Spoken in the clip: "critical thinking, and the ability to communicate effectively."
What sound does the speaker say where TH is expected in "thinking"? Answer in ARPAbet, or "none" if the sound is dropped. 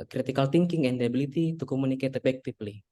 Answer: T